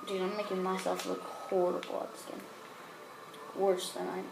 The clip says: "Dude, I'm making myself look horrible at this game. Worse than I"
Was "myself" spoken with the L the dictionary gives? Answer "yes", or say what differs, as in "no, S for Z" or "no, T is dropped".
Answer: yes